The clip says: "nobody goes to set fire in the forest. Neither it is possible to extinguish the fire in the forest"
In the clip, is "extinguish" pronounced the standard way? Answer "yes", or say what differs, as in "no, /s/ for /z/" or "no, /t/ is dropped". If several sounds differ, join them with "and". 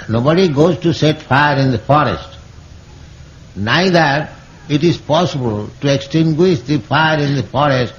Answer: yes